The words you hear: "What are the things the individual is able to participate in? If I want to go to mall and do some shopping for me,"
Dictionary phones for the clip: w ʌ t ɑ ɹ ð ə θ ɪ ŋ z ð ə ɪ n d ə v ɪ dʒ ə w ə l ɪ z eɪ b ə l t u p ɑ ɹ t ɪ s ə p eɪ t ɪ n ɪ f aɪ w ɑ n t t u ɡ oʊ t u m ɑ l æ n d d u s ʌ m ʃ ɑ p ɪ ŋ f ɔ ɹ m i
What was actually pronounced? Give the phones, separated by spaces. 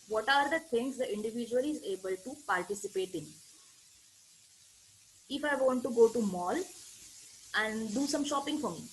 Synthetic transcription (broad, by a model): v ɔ t ɑ ɹ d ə t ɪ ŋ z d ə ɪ n d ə v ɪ dʒ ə ə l ɪ z eɪ b ə l t u p ɑ ɹ t ɪ s ə p eɪ t ɪ n ɪ f aɪ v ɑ n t t u ɡ oʊ t u m ɑ l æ n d d u s ʌ m ʃ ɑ p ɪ ŋ f ɔ ɹ m i